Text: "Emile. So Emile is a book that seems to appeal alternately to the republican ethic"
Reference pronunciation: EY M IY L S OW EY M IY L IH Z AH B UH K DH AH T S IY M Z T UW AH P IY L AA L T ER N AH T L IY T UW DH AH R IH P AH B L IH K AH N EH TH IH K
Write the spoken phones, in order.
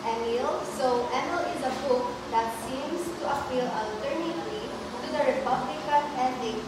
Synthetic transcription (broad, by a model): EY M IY L S OW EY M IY L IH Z AH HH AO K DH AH T S IY M S T UW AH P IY L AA L T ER N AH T L IY T UW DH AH R IH P AH B L IH K AH N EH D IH